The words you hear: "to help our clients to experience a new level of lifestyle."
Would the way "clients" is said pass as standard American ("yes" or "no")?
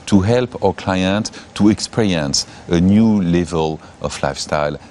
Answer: no